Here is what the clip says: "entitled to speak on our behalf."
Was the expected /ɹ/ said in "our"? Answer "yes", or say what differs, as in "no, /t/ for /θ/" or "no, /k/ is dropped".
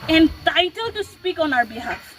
yes